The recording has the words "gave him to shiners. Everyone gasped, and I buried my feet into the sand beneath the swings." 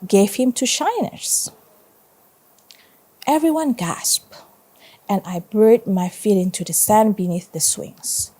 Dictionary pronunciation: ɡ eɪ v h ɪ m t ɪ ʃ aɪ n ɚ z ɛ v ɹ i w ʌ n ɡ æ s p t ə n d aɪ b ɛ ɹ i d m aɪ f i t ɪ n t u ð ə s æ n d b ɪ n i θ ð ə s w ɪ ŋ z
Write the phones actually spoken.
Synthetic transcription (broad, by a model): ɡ eɪ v h ɪ m t ɪ ʃ aɪ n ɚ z ɛ v ɹ i w ʌ n ɡ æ s p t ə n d aɪ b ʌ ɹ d m aɪ f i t ɪ n t u ð ə s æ n b ɪ n i θ ð ə s w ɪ ŋ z